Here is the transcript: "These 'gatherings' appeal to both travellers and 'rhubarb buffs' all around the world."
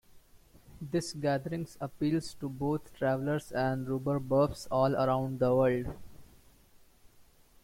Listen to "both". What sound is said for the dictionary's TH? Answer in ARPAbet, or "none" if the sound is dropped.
T